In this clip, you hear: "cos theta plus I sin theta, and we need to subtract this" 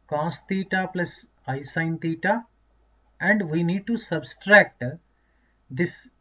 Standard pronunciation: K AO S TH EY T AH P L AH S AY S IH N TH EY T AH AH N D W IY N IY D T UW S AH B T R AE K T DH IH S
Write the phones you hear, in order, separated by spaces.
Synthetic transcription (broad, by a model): K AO S T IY T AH P L AH S AY S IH N T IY T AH AH N D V IY N IY D T UW S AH B T R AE K T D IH S